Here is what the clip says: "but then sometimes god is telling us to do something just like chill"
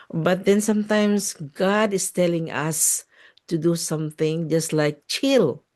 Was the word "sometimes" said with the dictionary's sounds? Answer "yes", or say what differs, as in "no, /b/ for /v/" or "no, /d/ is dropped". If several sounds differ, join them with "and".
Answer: no, /s/ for /z/